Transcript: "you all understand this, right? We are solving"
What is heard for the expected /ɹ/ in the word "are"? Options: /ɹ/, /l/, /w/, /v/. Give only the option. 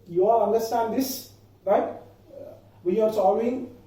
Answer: /ɹ/